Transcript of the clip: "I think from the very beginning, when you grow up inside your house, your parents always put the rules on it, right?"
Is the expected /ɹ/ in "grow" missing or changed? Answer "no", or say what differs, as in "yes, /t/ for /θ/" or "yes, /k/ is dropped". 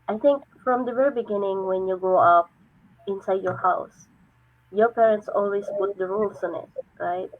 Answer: yes, /ɹ/ is dropped